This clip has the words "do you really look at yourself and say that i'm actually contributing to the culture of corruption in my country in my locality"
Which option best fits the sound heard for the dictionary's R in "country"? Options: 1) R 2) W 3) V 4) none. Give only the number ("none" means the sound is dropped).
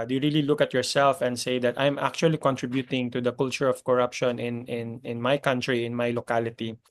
1